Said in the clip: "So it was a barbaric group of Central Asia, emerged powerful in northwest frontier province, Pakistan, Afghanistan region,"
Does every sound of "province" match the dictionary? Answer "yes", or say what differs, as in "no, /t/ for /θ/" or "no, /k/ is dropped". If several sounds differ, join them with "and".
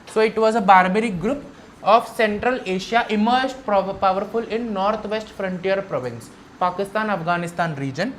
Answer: yes